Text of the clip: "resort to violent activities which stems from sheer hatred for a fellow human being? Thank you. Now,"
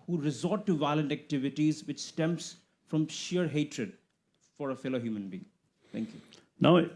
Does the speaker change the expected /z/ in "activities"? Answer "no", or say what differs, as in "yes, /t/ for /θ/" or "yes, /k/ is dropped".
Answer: no